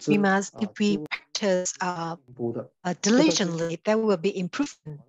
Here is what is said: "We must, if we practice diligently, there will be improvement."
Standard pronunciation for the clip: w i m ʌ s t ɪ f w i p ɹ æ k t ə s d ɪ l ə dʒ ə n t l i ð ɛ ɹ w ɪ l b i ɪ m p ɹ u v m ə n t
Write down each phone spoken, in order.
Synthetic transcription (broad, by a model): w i m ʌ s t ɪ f w i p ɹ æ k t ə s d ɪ l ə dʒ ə n l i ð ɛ w w ɪ l b i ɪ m p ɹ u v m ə n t